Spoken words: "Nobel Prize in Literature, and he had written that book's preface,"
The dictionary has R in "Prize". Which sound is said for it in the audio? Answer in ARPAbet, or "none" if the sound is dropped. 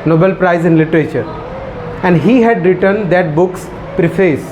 R